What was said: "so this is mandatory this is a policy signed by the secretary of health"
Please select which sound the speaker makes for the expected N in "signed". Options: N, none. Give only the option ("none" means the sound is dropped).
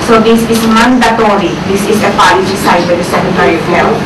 none